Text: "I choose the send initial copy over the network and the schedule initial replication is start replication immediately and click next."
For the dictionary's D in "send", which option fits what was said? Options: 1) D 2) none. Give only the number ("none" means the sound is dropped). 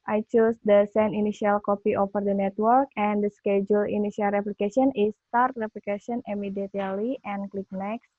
2